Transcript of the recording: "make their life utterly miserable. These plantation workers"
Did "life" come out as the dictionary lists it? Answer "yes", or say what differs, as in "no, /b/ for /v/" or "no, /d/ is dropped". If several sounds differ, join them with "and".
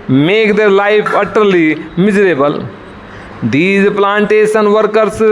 no, /p/ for /f/